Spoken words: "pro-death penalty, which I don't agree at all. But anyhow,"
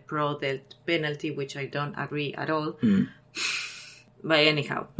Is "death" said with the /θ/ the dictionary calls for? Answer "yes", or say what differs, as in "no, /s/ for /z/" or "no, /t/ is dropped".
no, /t/ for /θ/